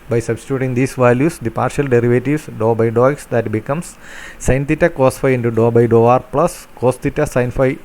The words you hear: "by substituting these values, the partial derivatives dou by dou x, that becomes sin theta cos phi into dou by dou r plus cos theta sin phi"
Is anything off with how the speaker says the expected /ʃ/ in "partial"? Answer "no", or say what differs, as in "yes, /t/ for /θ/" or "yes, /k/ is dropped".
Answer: no